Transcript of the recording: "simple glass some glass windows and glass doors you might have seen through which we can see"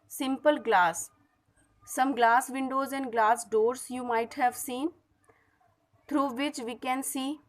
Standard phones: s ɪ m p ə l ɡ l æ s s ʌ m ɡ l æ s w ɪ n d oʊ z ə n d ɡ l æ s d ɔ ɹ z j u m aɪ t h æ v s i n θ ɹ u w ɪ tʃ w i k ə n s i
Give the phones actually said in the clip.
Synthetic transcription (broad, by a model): s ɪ m p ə l ɡ l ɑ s s ʌ m ɡ l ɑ s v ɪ n d oʊ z ə n d ɡ l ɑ s d ɔ ɹ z j u m aɪ t h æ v s i n t ɹ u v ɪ tʃ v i k ə n s i